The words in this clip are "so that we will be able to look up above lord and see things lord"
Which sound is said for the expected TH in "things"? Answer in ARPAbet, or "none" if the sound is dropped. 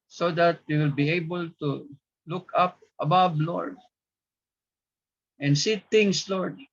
T